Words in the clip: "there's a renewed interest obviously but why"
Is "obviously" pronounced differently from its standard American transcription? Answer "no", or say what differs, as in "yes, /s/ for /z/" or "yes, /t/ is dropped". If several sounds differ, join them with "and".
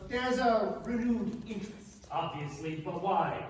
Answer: no